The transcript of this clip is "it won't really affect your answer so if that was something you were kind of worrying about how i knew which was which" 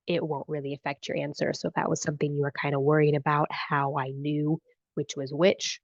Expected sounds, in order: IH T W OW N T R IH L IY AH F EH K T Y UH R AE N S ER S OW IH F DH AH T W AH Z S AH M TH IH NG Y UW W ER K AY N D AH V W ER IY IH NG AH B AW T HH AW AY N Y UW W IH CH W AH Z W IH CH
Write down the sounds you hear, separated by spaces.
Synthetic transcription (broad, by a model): IH T W OW N T R IH L IY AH F EH K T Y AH R AE N S ER S OW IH DH AH T W AH Z S AH M TH IH NG Y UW W ER K AY N D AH W ER IY IH NG AH B AW T HH AW AY N Y UW W IH CH W AH Z W IH CH